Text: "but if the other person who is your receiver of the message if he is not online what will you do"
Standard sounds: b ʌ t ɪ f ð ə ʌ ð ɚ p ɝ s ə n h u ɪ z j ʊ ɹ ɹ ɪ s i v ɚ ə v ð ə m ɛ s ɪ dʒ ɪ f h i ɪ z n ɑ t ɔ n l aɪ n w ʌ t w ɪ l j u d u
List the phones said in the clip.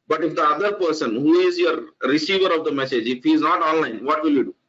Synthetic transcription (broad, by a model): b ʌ t ɪ f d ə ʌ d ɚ p ɝ s ə n h u ɪ z j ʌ ɹ ɹ ɪ s i v ɚ ə v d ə m ɛ s ɪ dʒ ɪ f h i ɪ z n ɑ t ɔ n l aɪ n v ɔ t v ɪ l j u d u